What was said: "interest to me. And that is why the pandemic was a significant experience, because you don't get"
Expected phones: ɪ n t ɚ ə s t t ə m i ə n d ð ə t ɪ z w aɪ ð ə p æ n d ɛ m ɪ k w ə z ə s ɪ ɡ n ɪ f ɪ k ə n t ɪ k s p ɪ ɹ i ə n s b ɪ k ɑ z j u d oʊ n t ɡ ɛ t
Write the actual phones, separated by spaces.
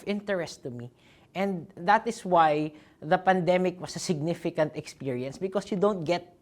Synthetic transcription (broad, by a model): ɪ n t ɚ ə s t t ə m i ə n d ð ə t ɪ s w aɪ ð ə p æ n d ɛ m ɪ k w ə s ə s ɪ ɡ n ɪ f ɪ k ə n t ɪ k s p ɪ ɹ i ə n s b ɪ k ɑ s j u d oʊ n t ɡ ɛ t